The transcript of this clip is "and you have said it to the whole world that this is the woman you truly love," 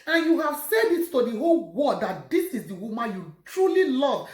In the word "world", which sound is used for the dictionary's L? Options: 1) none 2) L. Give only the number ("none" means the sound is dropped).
1